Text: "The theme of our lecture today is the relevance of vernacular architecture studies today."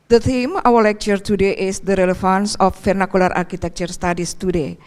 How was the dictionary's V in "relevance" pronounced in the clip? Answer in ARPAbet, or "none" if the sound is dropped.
F